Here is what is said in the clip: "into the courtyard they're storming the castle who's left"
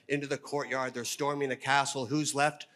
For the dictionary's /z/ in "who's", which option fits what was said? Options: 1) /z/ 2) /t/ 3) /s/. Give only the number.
1